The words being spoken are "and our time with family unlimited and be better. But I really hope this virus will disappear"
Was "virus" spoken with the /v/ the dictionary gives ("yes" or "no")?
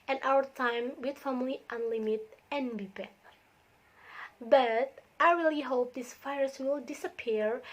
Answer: no